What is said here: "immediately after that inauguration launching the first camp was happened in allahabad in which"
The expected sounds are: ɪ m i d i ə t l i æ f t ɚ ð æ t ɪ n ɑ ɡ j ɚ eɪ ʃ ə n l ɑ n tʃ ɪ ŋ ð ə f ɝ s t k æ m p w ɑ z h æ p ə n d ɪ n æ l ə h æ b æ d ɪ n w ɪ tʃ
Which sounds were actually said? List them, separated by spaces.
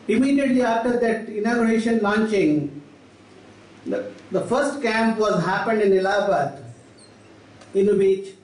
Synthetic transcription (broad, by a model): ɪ m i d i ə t l i æ f t ɚ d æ t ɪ n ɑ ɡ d eɪ ʃ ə n l ɑ n tʃ ɪ ŋ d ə f ɝ s t k æ m p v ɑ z h æ p ə n d ɪ n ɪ l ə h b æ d ɪ n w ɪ tʃ